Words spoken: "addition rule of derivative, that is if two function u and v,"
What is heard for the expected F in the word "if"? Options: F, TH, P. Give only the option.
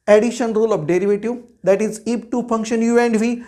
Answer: P